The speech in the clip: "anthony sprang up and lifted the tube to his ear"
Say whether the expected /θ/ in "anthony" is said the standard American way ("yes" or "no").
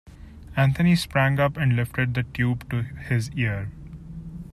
no